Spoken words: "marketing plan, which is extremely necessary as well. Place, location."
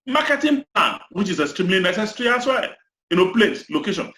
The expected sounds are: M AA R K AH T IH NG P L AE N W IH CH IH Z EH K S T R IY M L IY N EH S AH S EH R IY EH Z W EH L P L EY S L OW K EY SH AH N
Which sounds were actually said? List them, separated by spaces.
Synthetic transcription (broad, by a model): M AA K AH T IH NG P L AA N W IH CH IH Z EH S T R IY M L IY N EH S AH S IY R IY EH S W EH N P L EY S L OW K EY SH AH N